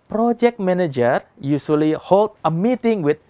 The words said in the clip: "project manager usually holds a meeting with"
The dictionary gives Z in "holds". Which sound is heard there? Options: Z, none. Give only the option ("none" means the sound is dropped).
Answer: none